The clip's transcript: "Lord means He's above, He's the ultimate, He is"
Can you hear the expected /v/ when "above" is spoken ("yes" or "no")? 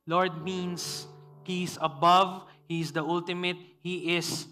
yes